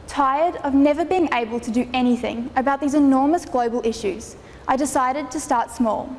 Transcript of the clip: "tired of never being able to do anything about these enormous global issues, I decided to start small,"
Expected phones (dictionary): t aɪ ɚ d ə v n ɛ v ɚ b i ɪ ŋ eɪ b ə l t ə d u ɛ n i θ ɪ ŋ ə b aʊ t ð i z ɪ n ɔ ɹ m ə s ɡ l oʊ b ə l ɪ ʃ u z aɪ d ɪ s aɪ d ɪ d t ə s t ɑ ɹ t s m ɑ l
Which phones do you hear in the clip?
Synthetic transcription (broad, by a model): t aɪ ɚ d ə v n ɛ v ɚ b i ɪ ŋ eɪ b ə l t ə d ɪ ɛ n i θ ɪ ŋ ə b aʊ t ð i z ɪ n ɔ ɹ m ə s ɡ l oʊ b ə l ɪ ʃ u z aɪ d ɪ s aɪ d ɪ d t ə s t ɑ ɹ t s m ɑ l